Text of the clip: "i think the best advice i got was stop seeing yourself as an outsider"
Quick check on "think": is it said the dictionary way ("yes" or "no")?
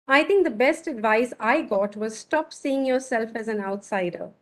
no